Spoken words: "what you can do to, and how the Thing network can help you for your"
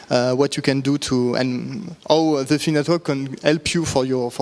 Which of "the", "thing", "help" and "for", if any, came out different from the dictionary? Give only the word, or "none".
thing